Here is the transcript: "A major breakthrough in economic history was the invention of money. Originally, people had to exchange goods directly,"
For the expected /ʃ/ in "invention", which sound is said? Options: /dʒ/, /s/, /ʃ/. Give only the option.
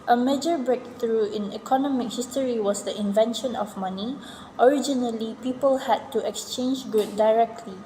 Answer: /ʃ/